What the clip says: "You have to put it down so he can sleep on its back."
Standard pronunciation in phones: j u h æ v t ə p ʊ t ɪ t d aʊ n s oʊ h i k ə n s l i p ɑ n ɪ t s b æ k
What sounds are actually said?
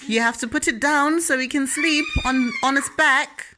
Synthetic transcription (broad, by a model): j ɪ h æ f t ə p ʊ t ɪ t d aʊ n s oʊ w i k ə n s l i p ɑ n ɪ t s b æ k